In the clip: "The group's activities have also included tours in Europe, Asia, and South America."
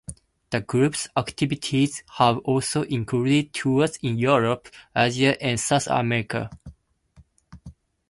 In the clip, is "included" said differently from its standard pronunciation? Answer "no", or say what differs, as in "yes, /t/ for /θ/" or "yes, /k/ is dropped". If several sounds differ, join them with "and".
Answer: yes, /l/ is dropped